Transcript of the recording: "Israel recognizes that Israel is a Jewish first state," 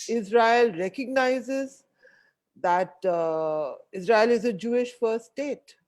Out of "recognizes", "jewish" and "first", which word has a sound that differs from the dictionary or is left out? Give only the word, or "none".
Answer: first